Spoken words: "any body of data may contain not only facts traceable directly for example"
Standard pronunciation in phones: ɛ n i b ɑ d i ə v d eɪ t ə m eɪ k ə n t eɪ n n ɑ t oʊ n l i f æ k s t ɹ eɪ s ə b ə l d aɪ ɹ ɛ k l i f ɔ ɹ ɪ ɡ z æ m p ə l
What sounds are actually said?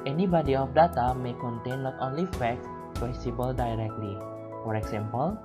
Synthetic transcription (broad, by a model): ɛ n i b ɑ d i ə f d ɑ t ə m eɪ k ə n t eɪ n l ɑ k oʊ n l i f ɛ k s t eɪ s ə b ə l d aɪ ɹ ɛ k l i f ɔ ɹ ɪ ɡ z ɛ m p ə l